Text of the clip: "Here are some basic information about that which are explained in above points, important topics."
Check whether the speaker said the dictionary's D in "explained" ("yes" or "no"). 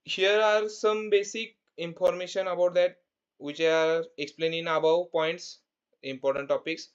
no